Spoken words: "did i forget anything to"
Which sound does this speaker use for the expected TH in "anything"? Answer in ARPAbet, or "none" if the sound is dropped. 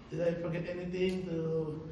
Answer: T